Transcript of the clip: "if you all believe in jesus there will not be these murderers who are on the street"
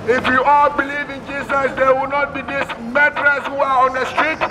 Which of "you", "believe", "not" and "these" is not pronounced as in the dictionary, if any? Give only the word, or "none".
these